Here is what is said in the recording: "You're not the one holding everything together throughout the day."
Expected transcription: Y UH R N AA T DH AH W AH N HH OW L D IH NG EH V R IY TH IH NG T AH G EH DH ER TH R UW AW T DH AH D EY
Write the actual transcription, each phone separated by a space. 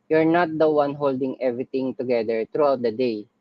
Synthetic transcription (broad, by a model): Y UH R N AA T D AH W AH N HH OW L D IH NG EH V R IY T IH NG T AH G EH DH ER T R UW AW T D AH D EY